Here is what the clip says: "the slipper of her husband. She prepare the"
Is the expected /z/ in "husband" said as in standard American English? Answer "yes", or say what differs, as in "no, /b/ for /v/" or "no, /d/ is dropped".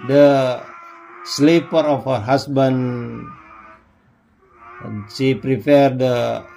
no, /s/ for /z/